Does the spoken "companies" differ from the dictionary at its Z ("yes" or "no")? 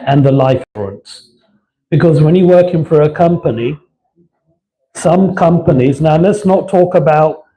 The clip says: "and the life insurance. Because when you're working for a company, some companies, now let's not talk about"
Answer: no